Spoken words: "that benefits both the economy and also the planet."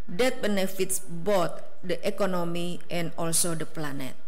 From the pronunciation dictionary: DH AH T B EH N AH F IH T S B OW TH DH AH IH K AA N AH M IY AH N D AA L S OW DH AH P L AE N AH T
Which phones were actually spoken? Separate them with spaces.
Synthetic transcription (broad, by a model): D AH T B EH N AH F IH T S B OW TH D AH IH K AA N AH M IY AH N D AA L S OW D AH P L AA N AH T